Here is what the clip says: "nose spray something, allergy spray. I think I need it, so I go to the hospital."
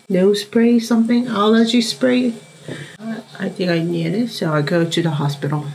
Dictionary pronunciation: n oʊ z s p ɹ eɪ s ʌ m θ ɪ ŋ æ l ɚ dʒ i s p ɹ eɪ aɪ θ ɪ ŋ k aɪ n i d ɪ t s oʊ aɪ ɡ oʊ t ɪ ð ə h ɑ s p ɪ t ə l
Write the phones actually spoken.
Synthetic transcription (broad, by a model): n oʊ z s p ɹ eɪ s ʌ m θ ɪ ŋ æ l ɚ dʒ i s p ɹ eɪ aɪ θ ɪ ŋ k aɪ n i d ɪ t s oʊ aɪ ɡ oʊ t ɪ ð ə h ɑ s p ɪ t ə l